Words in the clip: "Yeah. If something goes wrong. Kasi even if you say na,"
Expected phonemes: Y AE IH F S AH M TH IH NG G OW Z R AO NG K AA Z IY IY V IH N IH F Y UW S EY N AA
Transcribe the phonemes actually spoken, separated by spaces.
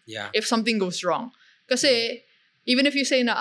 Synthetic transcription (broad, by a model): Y IH F S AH M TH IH NG G OW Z R AO NG K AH S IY IY V IH N IH F Y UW S EY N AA